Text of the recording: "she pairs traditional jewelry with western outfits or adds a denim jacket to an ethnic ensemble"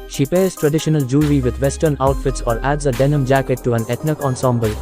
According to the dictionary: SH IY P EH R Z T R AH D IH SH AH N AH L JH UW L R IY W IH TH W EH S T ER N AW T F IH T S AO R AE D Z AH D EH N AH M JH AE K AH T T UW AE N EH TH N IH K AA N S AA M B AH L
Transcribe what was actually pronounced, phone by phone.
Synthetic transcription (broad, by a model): SH IY P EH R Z T R AH D IH SH AH N AH L JH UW R IY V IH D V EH S T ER N AW T F IH T S AO R AE D Z AH D EH N AH M JH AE K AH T T UW AE N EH T N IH K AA N S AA M B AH L